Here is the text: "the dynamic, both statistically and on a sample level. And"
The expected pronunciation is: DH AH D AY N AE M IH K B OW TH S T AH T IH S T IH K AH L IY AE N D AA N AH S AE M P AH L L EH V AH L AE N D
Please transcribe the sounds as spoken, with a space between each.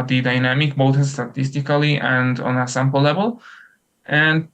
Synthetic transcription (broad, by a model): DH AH D AY N AE M IH K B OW T S T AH T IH S T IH K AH L IY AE N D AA N AH S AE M P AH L L EH V AH L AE N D